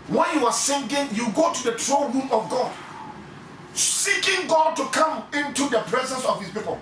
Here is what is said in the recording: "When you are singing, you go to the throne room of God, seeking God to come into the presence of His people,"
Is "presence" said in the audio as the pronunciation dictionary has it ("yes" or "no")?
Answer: yes